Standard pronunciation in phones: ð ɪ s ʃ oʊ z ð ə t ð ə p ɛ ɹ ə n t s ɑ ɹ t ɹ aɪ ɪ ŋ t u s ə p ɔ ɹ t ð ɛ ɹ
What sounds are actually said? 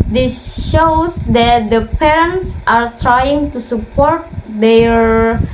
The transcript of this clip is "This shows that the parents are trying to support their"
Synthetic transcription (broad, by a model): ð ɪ s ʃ oʊ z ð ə t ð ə p ɛ ɹ ə n t s ɑ ɹ t ɹ aɪ ɪ ŋ t u s ə p ɔ ɹ t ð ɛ ɹ